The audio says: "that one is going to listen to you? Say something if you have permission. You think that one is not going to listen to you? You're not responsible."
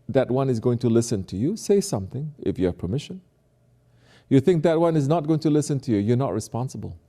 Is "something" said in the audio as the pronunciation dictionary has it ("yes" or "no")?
yes